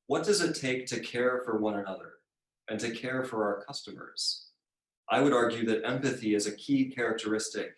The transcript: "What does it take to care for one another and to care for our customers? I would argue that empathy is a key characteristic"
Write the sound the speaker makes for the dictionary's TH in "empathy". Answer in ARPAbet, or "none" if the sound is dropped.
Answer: TH